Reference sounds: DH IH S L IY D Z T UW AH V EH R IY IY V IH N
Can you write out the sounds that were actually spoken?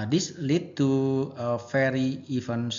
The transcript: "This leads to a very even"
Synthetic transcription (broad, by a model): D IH S L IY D T UW AH F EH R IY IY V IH N